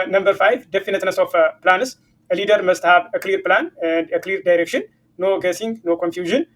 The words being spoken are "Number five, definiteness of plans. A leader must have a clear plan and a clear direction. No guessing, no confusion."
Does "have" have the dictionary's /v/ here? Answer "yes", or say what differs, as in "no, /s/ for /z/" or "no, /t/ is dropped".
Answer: no, /b/ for /v/